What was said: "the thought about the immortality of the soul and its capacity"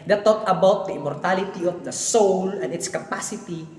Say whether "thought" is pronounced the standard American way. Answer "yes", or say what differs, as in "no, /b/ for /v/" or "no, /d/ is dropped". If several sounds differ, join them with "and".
no, /t/ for /θ/